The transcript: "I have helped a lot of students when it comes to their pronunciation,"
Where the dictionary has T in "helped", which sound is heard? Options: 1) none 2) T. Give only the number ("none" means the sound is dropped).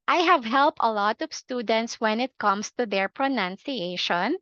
2